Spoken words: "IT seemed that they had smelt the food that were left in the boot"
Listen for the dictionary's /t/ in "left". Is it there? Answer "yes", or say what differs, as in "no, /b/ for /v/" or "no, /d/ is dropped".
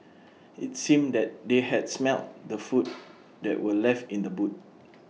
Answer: yes